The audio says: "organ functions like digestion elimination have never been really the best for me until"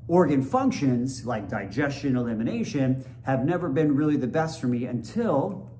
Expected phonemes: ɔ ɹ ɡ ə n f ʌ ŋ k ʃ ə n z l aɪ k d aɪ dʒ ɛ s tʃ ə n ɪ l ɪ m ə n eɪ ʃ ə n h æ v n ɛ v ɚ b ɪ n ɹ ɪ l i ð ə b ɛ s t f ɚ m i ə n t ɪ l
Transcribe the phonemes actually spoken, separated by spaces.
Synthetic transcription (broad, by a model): ɔ ɹ ɡ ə n f ʌ ŋ k ʃ ə n z l aɪ k d aɪ dʒ ɛ s tʃ ə n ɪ l ɪ m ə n eɪ ʃ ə n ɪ v n ɛ v ɚ b ɪ n ɹ ɪ l i ð ə b ɛ s t f ɚ m i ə n t ɪ l